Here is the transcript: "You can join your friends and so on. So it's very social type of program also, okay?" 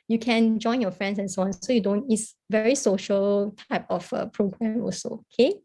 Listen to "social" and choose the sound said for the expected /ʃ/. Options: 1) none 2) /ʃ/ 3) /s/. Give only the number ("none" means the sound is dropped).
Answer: 2